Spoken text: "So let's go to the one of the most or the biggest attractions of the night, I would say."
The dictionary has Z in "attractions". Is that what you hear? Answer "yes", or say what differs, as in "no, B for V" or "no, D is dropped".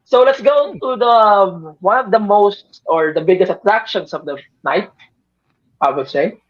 no, S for Z